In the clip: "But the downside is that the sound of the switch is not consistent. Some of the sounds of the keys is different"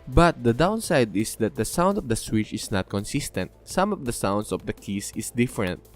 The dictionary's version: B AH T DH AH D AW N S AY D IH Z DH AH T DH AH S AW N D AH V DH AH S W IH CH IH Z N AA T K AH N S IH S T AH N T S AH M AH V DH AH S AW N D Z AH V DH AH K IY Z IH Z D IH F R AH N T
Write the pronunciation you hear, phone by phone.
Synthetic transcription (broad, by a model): B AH T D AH D AW N S AY D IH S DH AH T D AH S AW N D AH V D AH S W IH CH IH S N AA T K AH N S IH S T AH N T S AH M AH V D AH S AW N D S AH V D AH K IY S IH S D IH F R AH N T